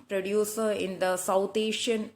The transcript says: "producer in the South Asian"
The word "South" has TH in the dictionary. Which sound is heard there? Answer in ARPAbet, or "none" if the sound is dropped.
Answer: T